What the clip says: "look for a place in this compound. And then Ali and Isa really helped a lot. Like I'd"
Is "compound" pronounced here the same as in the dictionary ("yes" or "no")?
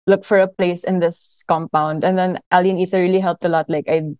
yes